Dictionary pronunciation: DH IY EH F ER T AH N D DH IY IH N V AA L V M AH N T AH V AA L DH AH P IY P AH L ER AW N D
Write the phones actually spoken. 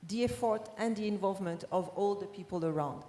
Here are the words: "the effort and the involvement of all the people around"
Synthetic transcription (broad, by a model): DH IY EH F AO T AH N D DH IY IH N V AA L V M AH N T AH V AA L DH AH P IY P AH L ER AW N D